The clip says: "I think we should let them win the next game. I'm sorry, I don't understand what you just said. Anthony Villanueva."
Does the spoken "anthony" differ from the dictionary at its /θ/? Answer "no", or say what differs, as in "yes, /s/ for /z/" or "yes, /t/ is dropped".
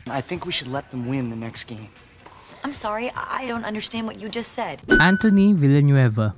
yes, /t/ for /θ/